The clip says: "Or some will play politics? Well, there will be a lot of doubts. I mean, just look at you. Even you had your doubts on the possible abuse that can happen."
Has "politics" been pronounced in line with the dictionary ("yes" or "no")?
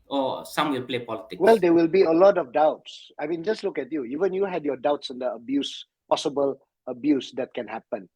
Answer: no